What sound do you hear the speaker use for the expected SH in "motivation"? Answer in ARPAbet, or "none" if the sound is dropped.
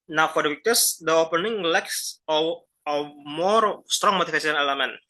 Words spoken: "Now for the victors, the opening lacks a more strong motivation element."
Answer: S